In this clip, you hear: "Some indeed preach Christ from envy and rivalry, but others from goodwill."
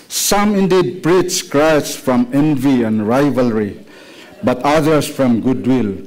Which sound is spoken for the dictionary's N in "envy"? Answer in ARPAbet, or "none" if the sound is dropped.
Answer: N